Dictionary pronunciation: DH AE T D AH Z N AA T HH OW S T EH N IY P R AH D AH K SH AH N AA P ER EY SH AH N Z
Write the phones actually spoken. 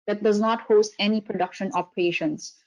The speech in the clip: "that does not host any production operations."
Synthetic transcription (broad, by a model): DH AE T D AH Z N AA T HH OW S T EH N IY P R AH D AH K SH AH N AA P EY SH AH N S